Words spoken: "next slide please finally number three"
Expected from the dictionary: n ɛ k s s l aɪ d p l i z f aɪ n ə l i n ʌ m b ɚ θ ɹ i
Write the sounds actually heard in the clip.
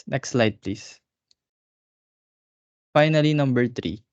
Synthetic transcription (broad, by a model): n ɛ k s s l aɪ d p l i s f aɪ n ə l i n ʌ m b ɚ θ ɹ i